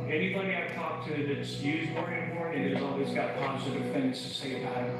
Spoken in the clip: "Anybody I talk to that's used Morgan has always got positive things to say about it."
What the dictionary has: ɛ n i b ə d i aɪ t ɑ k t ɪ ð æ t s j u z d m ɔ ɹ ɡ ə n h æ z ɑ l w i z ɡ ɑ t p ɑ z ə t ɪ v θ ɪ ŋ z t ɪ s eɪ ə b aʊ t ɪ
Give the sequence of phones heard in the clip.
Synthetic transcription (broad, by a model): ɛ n i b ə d i aɪ t ɑ k t ɪ ð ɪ t s j u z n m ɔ ɹ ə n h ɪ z ɑ l w i z ɡ ɑ t p ɑ z ə t ɪ v θ ɪ ŋ z t ɪ s eɪ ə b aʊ ɪ